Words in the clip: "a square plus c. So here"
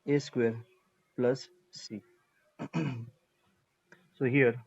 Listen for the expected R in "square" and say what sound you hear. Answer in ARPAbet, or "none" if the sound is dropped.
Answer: R